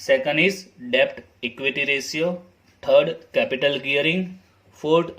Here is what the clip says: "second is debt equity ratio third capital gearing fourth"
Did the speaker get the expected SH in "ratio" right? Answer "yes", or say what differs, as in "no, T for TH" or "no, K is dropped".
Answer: no, S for SH